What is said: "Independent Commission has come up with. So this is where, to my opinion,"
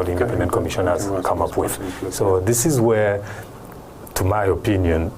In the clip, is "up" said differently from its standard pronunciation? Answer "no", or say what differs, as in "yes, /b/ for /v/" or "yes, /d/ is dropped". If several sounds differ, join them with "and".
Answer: no